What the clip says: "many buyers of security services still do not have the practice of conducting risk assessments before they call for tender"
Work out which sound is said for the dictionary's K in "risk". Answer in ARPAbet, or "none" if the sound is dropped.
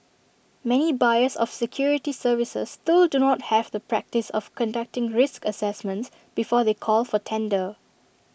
K